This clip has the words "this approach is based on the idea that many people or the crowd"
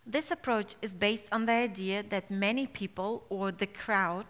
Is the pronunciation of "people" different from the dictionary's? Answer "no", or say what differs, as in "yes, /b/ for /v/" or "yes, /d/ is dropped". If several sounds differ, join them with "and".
no